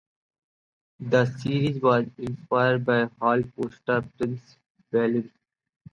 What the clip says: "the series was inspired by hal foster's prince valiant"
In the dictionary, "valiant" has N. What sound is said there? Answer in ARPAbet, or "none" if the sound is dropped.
none